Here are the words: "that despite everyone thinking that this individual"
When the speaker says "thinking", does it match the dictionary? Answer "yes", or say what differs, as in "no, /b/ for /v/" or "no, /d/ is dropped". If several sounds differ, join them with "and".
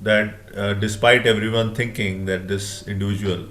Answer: no, /t/ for /θ/